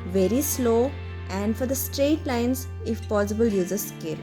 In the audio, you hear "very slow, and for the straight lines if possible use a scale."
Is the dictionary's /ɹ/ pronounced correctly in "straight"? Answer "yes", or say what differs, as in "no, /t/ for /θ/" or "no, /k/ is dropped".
yes